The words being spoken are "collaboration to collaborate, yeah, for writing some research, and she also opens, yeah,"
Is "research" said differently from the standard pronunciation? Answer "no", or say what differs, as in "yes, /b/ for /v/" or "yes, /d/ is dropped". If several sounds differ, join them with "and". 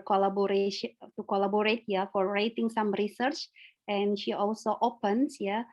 no